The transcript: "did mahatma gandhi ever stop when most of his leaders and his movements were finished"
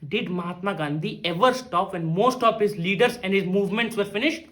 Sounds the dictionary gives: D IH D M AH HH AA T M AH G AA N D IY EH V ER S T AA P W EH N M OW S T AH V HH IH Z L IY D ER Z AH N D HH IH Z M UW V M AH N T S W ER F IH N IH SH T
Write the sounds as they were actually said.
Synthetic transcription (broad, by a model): D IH D M AH HH AA T M AH G AA N D IY EH V ER S T AA P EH N M OW S T AH V HH IH Z L IY D ER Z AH N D HH IH Z M UW V M AH N T S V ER F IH N IH SH T